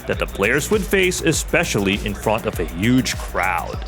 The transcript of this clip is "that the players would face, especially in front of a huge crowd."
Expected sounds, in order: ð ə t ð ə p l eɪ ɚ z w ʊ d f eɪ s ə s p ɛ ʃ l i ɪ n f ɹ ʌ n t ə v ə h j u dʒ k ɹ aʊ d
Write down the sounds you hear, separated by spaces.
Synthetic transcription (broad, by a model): ð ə t ð ə p l eɪ ɚ z w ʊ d f eɪ s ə s p ɛ ʃ l i ɪ n f ɹ ʌ n t ə v ə h j u dʒ k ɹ aʊ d